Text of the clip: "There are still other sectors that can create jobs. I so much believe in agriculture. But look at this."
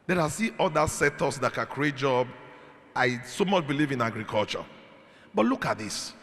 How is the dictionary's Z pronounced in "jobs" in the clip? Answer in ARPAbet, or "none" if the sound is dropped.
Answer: none